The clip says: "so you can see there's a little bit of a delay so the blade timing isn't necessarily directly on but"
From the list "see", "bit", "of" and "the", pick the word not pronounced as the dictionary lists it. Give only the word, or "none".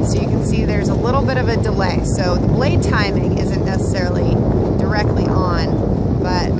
none